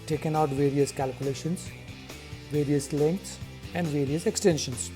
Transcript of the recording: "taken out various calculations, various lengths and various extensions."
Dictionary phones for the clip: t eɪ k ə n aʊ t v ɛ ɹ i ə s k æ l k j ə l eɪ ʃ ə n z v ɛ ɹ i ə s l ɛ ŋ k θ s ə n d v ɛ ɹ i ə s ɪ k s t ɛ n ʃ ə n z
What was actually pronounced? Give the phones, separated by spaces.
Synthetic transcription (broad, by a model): t eɪ k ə n aʊ t v ɛ ɹ i ə s k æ l k j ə l eɪ ʃ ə n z v ɛ ɹ i ə s l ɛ ŋ k t s ə n d v ɛ ɹ i ə s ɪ k s t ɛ n ʃ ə n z